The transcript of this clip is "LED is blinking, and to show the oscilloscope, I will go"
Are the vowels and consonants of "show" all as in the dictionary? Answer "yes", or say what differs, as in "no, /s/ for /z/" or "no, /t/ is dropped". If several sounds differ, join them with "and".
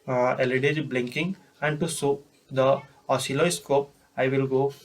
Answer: no, /s/ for /ʃ/